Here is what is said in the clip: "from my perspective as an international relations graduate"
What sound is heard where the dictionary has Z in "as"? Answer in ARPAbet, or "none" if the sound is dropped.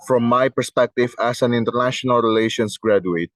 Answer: S